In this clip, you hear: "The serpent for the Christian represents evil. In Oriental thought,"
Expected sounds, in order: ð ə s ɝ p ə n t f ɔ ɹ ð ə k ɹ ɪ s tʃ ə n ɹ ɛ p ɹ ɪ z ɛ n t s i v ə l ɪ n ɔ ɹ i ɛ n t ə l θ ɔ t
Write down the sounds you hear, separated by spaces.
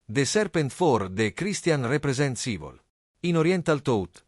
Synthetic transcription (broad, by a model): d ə s ɝ p ə n t f ɔ ɹ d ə k ɹ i s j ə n ɹ ɛ p ɹ ɪ z ɛ n t s i v ə l ɪ n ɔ ɹ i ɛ n t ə l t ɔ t